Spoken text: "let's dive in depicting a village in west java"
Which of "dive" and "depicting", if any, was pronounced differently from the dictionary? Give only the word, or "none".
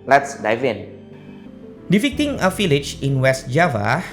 depicting